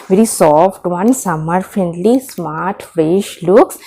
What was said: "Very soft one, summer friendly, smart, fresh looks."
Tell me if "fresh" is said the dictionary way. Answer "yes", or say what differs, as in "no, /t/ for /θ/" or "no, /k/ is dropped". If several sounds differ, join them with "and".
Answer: yes